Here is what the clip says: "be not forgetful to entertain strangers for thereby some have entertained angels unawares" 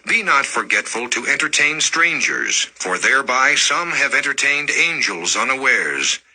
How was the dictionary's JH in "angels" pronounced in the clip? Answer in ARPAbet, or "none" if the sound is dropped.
JH